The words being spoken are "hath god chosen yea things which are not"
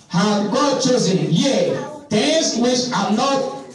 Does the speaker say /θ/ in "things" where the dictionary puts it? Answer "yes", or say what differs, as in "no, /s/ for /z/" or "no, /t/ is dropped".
no, /t/ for /θ/